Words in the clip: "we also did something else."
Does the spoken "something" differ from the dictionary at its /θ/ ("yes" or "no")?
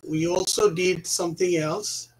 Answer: no